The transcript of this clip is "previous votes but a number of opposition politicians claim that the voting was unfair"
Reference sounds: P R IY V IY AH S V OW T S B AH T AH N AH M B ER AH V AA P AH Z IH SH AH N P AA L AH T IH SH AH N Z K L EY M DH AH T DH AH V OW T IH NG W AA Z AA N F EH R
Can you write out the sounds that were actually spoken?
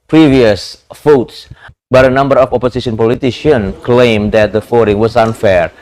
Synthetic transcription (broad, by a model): P R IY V IY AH S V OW T S B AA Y AH N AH M B ER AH F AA P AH S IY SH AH N P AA L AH T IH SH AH N K L EY M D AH T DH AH F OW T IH NG W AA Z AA N F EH R